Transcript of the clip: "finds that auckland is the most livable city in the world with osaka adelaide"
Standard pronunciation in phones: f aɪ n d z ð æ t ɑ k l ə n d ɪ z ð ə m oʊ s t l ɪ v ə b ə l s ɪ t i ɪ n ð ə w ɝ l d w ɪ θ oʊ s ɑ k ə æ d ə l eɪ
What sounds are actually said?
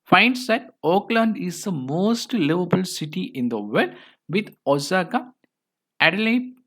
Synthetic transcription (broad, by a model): f aɪ n d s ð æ t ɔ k l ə n d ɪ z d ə m oʊ s t l ɪ v ə b ə l s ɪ t i ɪ n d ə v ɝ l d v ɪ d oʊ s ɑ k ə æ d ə l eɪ